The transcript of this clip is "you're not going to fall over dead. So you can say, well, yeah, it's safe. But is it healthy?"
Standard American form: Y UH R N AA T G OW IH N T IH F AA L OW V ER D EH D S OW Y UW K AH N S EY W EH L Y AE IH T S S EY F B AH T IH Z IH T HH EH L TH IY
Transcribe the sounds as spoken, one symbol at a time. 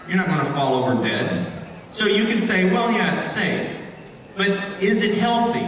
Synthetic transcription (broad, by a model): Y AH R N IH T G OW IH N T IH F AA L OW V ER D EH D S OW Y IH K AH N S EY W EH L Y AE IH T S S EY F B AH T IH Z IH T HH EH L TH IY